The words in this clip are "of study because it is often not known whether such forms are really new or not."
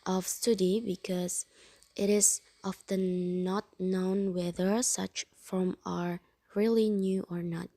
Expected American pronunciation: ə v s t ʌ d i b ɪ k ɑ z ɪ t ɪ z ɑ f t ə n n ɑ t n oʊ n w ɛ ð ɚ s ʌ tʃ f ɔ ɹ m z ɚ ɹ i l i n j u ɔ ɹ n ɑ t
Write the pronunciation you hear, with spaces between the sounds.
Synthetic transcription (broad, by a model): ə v s t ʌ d i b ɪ k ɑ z ɪ t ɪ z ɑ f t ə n n ɑ t n oʊ n w ɛ ð ɚ s ʌ tʃ f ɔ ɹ m ɚ ɹ i l i n j u ɔ ɹ n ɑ t